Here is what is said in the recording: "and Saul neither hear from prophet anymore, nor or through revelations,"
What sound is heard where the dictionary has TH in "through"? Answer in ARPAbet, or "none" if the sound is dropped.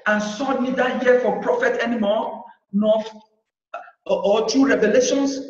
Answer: T